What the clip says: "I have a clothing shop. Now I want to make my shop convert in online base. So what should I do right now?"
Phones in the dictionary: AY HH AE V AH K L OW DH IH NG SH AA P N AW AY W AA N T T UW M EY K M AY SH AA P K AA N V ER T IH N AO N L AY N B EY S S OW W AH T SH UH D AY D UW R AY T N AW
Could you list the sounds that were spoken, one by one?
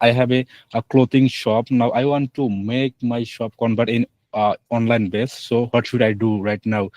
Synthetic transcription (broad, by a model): AY HH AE B AH K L OW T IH NG SH AA P N AW AY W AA N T T UW M EY K M AY SH AA P K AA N B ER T IH N AO N L AY N B EY S S OW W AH T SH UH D AY D UW R AY T N AW